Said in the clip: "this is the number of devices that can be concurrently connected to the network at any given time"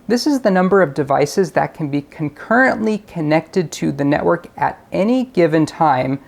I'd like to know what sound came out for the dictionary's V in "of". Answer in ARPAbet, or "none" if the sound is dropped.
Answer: V